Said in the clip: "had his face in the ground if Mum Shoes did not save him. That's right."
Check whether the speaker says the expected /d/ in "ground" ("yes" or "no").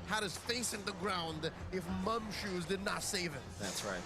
yes